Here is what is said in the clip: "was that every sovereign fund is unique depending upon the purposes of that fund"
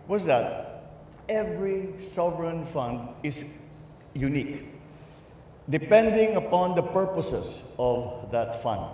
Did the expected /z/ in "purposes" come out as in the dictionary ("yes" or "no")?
no